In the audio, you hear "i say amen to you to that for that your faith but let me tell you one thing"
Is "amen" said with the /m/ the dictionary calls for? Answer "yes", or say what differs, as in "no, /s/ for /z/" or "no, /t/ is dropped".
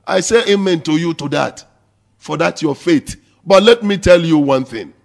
yes